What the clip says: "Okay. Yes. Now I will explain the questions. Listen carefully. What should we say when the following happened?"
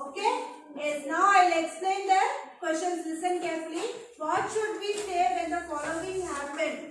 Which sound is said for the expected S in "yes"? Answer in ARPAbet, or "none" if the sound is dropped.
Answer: none